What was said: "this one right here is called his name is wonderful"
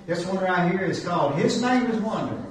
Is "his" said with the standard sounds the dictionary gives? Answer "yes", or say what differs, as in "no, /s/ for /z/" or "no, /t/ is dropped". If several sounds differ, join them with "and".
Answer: yes